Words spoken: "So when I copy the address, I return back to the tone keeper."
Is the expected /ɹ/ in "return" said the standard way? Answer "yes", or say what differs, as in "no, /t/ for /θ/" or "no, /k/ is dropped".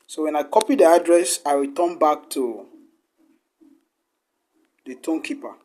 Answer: no, /w/ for /ɹ/